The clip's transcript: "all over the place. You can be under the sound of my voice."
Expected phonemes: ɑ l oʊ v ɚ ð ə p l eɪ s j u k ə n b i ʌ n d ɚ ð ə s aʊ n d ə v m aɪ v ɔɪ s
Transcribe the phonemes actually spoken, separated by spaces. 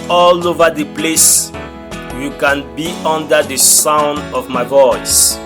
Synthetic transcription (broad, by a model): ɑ l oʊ v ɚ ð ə p l eɪ s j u k ə n b i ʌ n d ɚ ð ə s aʊ n d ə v m aɪ v ɔɪ s